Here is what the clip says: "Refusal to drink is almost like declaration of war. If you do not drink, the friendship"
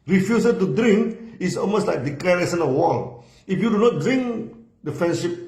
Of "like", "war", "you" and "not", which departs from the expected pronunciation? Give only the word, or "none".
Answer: war